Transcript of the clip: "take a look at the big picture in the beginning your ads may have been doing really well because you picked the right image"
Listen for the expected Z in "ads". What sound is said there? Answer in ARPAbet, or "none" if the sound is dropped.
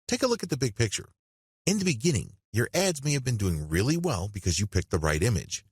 Z